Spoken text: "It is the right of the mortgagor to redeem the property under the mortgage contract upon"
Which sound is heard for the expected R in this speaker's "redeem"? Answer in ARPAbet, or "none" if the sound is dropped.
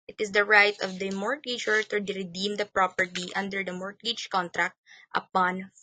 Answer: R